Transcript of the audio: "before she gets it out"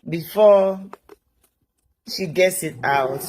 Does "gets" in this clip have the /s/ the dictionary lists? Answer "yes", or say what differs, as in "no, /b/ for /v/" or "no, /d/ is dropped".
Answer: yes